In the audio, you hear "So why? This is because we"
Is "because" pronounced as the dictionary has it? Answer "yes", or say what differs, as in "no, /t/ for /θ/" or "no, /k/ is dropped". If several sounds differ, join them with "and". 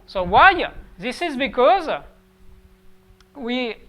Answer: yes